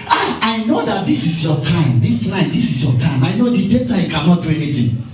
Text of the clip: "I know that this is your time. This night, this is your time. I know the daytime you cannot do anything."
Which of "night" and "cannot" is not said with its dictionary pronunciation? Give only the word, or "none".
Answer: night